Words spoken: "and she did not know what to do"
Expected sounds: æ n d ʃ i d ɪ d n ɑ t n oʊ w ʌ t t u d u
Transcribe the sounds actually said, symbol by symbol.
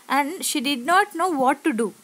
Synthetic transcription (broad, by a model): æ n d ʃ i d ɪ d n ɑ t n oʊ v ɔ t t u d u